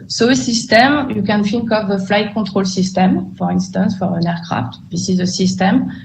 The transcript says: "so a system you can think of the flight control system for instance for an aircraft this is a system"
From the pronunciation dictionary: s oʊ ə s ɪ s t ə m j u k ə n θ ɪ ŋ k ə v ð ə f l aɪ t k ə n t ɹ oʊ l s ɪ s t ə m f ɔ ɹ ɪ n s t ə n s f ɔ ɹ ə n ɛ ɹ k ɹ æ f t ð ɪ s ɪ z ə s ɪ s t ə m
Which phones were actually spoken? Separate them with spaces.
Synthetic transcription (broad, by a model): s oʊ ə s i s t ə m j u k ə n f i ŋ k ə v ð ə f l aɪ t k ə t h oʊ l s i s t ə m f ɔ ɹ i n s t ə n s f ɔ ɹ ə n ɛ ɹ k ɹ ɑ f t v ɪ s ɪ z ə s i s t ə m